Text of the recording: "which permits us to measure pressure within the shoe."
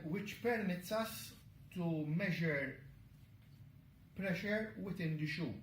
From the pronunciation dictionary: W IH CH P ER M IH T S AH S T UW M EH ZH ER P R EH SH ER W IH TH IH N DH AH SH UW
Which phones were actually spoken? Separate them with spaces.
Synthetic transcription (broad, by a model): W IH CH P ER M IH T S AH S T UW M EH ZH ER P R EH SH ER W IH T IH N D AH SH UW